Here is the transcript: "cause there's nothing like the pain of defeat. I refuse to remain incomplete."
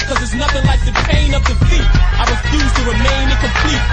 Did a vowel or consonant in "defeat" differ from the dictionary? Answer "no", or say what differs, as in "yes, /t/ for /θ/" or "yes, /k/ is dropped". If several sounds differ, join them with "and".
yes, /p/ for /f/